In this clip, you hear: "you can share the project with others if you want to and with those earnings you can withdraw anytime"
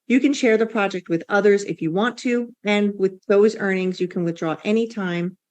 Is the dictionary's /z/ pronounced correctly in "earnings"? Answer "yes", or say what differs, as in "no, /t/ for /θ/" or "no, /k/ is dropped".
yes